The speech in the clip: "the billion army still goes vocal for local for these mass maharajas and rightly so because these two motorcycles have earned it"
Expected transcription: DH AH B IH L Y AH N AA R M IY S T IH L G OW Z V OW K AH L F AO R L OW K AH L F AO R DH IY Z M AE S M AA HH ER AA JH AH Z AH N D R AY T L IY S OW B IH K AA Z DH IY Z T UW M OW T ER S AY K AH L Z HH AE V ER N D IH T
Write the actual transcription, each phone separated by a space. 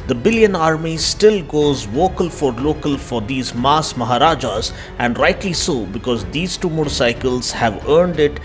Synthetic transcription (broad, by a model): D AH B IH L Y AH N AA R M IY S T IH L G OW Z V OW K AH L F AO R L OW K AH L F AO R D IY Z M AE S M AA HH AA AA JH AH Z AH N D R AY T L IY S OW B IH K AA Z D IY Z T UW M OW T S AY K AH L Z HH AE V ER N D IH T